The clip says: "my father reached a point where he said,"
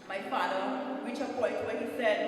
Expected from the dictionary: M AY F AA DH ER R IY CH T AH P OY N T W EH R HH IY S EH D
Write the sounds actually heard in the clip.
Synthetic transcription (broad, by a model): M AY F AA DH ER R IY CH AH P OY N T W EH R HH IY S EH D